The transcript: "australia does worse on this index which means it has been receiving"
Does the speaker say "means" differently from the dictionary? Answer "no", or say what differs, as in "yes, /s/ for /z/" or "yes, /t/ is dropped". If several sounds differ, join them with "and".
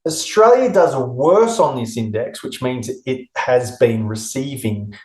no